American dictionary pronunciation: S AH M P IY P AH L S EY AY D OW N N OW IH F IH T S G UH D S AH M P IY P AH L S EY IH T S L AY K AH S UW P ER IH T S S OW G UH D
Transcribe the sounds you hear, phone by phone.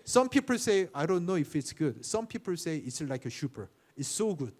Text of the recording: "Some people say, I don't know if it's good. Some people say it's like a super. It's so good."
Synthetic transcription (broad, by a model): S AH M P IY P AH L S EY AY D OW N N OW IH F IH T S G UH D S AH M P IY P AH L S EY IH T S L AY K AH SH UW P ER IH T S S OW G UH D